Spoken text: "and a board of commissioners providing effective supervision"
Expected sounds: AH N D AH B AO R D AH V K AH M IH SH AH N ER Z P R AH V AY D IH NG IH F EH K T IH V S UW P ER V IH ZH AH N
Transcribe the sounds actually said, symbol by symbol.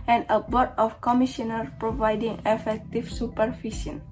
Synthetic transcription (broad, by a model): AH N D AH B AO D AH F K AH M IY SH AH N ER P R AH V AY D IH NG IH F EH K T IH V S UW P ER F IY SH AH N